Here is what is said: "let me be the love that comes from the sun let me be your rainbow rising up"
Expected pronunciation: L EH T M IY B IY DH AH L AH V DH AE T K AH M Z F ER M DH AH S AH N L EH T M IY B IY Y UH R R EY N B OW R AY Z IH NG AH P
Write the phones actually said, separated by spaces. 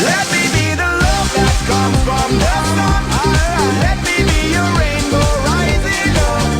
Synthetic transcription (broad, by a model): L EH T M IY B IY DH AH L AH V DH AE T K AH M F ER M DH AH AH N L EH T M IY B IY Y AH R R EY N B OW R AY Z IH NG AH